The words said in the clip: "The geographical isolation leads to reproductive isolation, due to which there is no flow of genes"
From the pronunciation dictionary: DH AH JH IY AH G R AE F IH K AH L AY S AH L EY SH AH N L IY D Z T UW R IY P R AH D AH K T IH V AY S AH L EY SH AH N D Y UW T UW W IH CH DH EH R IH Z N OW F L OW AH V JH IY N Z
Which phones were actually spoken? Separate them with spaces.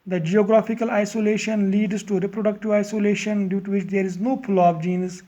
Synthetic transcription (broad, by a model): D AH JH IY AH G R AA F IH K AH L AY S AH L EY SH AH N L IY D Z T UW R IY P R AH D AH K T IH V AY S AH L EY SH AH N D Y UW T UW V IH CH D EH R IH Z N OW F L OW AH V JH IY N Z